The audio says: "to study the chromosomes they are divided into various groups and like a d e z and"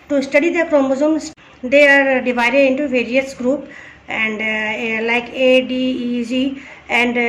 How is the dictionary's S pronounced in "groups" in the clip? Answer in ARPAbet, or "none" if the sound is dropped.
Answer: none